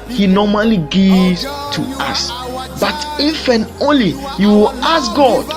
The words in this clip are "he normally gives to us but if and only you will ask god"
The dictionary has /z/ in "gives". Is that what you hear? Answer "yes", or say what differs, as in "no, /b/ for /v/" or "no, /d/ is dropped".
no, /z/ is dropped